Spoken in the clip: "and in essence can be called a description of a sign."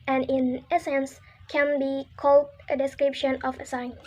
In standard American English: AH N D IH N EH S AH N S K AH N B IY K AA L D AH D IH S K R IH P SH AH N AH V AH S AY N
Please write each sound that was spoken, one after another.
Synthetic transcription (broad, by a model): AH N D IH N EH S AH N S K AH N B IY K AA L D AH D IH S K R IH P SH AH N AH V AH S AY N